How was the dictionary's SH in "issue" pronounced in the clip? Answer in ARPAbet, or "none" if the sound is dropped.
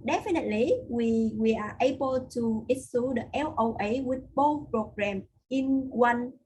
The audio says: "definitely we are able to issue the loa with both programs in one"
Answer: S